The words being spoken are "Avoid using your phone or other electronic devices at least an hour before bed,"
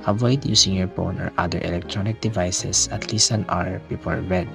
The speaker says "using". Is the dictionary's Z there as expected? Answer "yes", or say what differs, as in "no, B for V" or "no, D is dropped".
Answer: no, S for Z